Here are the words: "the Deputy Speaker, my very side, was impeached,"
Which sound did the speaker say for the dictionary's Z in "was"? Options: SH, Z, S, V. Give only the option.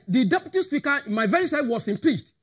S